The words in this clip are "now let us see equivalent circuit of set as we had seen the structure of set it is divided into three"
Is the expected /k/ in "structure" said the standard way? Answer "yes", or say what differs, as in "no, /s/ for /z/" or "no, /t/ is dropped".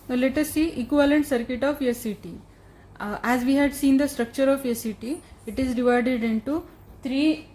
yes